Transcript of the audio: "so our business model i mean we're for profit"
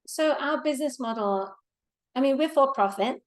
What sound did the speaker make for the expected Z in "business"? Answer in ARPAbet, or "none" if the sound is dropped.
Z